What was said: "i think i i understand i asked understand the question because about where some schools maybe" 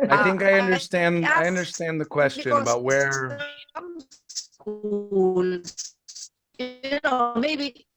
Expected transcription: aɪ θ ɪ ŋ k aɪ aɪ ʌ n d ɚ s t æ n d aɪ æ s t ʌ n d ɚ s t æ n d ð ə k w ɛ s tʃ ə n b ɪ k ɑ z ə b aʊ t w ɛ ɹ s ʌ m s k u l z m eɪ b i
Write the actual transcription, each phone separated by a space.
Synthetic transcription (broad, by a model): aɪ θ ɪ ŋ k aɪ aɪ ʌ n d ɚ s t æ n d aɪ ʌ n d ɚ s t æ n ð ə k w ɛ s tʃ ə n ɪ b ɑ ə t w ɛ ɹ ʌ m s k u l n m eɪ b i